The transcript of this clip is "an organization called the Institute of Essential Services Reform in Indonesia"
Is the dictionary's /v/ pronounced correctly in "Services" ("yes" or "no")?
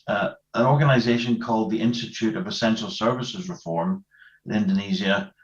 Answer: yes